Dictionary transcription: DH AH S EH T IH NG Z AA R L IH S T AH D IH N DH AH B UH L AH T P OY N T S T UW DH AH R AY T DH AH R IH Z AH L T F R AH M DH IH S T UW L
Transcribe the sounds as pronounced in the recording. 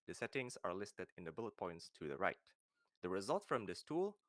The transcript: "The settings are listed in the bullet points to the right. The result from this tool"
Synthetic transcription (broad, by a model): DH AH S EH T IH NG S AA R L IH S T AH D IH N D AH B UH L AH T P OY N T S T UW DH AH R AY T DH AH R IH Z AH L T F R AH M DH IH S T UW L